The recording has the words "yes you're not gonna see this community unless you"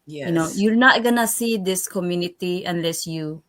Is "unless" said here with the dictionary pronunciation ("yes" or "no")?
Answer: yes